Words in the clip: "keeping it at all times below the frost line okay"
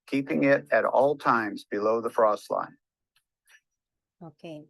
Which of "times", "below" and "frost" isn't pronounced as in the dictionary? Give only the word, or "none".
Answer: none